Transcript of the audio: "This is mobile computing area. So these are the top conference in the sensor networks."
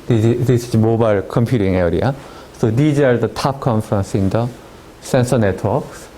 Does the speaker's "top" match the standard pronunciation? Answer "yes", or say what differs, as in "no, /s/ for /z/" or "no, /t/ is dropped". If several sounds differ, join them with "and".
yes